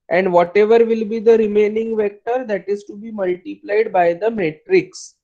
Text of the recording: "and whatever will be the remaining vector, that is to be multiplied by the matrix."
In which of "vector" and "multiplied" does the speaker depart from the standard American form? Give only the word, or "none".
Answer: none